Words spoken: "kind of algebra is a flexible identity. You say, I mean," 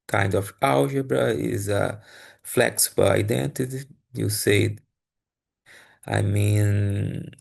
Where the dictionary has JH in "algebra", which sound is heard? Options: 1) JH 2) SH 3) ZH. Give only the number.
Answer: 3